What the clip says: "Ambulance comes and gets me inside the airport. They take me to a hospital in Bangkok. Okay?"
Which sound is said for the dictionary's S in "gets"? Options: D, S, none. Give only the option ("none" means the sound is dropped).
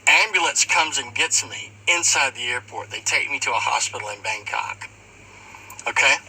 none